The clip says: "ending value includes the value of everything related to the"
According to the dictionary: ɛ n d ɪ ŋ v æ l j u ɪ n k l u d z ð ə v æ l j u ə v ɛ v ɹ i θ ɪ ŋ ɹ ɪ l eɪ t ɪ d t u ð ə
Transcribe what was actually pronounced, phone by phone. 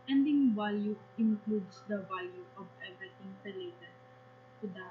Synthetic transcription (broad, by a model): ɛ n d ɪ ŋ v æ l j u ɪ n k l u d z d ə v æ l j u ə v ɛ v i t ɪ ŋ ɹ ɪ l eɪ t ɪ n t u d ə